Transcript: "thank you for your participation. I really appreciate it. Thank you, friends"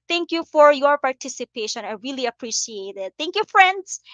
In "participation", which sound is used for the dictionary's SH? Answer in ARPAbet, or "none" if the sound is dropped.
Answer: SH